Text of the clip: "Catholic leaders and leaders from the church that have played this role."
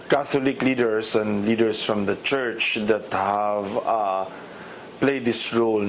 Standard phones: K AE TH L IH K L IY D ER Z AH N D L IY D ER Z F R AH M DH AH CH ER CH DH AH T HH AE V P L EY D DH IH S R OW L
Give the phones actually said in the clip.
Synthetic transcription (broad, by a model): K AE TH L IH K L IY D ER S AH N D L IY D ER S F R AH M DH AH CH ER CH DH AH T HH AE V P L EY D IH S R OW L